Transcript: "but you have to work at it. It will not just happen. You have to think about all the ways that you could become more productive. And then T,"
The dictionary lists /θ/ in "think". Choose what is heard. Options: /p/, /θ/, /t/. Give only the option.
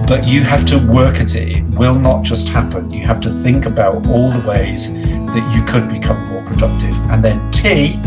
/θ/